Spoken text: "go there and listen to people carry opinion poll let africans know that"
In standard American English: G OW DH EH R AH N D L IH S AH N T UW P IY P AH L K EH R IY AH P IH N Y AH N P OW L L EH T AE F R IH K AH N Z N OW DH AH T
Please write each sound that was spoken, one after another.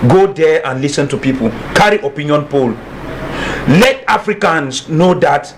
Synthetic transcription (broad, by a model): G OW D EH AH N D L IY S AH N T UW P IY P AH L K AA R IY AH P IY N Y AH N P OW L L EH T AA F R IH K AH N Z N OW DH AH T